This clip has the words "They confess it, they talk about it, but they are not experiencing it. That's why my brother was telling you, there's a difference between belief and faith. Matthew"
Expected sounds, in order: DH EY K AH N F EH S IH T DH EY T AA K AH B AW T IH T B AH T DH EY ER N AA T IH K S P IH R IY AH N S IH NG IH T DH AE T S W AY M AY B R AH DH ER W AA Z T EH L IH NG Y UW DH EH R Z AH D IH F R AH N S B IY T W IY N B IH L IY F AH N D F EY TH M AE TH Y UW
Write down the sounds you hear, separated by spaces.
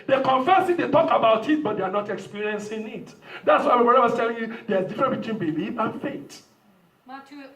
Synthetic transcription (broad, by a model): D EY K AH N F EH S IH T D EY T AA K AH B AW T IH T B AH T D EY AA N AA T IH K S P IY R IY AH N S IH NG IH T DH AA T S W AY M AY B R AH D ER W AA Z T EH L IH NG Y UW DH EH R AH D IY F R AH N B IY T W IY N B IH L IY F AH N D F EY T